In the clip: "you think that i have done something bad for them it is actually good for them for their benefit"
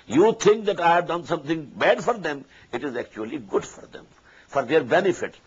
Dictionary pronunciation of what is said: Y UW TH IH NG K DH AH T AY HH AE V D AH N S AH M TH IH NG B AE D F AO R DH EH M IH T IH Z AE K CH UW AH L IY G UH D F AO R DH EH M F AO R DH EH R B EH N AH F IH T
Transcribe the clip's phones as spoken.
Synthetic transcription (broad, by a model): Y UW T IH NG K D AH T AY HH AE V D AH N S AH M T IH NG B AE D F AO R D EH M IH T IH Z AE K CH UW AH L IY G UH D F AO R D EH M F AO R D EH R B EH N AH F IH T